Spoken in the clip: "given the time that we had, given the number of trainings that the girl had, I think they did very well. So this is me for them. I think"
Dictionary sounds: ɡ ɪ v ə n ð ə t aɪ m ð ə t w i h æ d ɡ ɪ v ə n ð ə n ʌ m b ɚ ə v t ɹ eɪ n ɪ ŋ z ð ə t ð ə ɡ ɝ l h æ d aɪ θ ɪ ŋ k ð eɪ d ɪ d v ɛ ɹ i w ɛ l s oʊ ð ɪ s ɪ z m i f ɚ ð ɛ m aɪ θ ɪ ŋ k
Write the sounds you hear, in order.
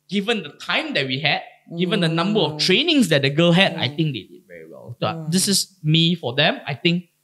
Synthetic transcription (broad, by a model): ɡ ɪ v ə n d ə t aɪ m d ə t w i h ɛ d ɡ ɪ v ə n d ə n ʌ m b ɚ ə f t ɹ eɪ n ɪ ŋ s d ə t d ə ɡ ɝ l h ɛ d aɪ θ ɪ ŋ k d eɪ d ɪ d v ɛ ɹ i w ɛ l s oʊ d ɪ s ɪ s m i f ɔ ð ɛ m aɪ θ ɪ ŋ k